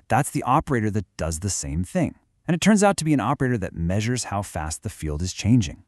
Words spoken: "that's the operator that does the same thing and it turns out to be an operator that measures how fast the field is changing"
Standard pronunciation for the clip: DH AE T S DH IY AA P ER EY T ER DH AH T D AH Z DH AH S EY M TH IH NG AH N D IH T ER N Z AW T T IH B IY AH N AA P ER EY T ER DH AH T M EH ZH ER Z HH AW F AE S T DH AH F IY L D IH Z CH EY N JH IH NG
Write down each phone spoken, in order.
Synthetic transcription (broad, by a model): DH AE T S DH IY AA P ER EY T ER DH AH T D AH Z DH AH S EY M TH IH NG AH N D IH T ER N Z AW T T IH B IY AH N AA P ER EY T ER DH AH T M EH ZH ER Z HH AW F AE S T DH AH F IY L D IH Z CH EY N JH IH NG